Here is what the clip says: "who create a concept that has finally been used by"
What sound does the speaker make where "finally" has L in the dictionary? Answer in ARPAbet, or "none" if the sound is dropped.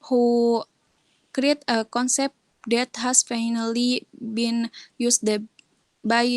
L